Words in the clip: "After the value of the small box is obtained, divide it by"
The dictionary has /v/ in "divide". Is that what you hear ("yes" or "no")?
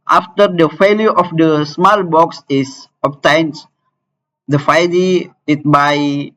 no